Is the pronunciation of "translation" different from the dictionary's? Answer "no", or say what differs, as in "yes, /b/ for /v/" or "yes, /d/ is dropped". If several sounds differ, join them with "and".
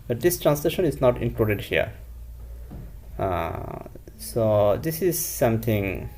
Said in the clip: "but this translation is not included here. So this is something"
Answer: no